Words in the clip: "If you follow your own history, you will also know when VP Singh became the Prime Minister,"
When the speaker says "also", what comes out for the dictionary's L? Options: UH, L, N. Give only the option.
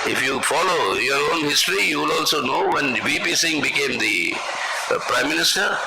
L